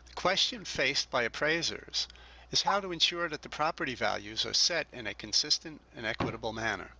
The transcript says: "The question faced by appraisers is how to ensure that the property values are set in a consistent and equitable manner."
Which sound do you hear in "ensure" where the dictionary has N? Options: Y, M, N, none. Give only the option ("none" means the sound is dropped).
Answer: N